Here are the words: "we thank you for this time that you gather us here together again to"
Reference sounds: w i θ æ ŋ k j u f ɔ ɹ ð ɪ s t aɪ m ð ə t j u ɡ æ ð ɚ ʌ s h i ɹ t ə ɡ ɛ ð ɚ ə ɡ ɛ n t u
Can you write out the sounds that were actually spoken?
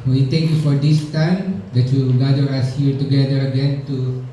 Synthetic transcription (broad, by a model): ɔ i t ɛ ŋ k j u f ɔ ɹ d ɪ s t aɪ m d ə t j u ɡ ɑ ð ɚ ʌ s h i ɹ t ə ɡ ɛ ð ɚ ə ɡ ɛ n t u